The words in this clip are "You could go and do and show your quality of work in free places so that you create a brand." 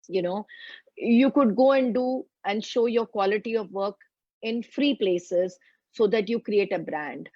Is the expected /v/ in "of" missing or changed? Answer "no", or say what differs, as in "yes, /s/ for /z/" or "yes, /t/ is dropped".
no